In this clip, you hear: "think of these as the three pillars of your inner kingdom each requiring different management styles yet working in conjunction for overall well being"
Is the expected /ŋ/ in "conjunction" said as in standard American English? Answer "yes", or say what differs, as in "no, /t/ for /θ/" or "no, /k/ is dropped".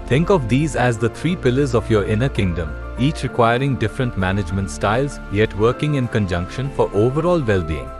yes